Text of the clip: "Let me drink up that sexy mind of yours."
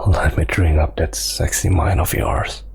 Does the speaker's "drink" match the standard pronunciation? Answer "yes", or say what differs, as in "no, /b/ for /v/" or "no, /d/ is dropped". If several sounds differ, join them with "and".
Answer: no, /k/ is dropped